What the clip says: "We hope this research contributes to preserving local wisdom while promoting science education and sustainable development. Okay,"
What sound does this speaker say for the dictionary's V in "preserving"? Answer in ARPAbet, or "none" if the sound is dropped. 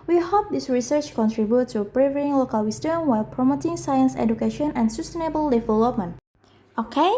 none